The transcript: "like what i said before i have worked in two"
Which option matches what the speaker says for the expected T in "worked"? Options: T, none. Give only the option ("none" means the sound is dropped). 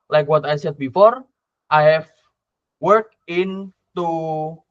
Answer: none